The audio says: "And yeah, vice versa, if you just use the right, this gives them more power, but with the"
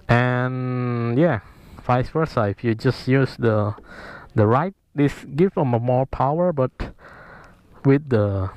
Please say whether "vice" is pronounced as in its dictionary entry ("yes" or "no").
no